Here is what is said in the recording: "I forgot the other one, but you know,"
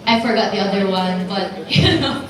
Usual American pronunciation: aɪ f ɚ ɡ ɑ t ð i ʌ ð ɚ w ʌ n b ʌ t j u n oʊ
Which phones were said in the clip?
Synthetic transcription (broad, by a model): aɪ f ɚ ɡ ɑ t ð i ʌ ð ɚ w ʌ n b ʌ t j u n oʊ